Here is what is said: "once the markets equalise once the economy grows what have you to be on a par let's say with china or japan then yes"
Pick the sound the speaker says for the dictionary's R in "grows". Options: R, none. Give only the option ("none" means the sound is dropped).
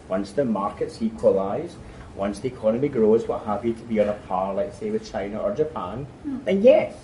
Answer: R